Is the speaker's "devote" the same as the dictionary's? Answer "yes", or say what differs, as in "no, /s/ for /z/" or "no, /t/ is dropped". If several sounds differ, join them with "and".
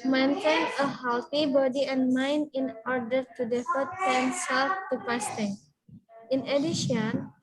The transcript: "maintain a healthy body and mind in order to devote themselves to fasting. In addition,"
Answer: no, /f/ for /v/